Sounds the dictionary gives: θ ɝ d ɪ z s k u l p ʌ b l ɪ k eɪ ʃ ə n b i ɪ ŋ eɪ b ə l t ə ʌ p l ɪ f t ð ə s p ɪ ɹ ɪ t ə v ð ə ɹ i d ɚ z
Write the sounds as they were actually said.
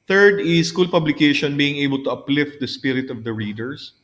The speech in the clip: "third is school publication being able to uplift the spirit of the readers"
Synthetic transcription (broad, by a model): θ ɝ d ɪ s k u l p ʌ b l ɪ k eɪ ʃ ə n b i ɪ ŋ eɪ b ə l t ə ʌ p l ɪ f t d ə s p ɪ ɹ ɪ t ə v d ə ɹ i d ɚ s